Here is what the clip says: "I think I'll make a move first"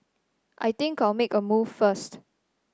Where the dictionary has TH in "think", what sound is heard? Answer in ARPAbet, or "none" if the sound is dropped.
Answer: T